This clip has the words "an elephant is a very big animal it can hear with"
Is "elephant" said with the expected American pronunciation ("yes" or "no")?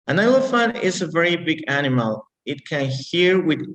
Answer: no